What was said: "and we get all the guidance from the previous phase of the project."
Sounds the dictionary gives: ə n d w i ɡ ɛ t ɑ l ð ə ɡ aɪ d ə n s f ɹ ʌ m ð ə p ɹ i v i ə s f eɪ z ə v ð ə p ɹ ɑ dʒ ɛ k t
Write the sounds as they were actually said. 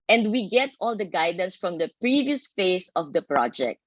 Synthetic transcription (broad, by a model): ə n d w i ɡ ɛ t ɑ l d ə ɡ aɪ d ə n s f ɹ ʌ m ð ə p ɹ i v i ə s f eɪ s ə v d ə p ɹ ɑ dʒ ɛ k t